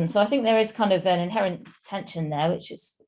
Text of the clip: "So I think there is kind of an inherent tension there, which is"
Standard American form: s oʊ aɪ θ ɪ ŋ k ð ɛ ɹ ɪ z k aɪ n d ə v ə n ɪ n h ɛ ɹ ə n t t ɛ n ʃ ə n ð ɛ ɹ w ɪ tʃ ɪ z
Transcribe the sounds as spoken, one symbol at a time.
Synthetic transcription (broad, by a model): s oʊ aɪ θ ɪ ŋ k ð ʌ ɹ ɪ z k aɪ n d ə v ə n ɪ n h ɛ ɹ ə n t t ɛ n ʃ ə n ð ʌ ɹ w ɪ tʃ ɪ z